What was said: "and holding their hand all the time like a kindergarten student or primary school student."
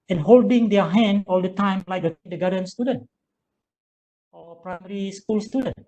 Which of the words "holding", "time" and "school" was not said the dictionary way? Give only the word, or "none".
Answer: none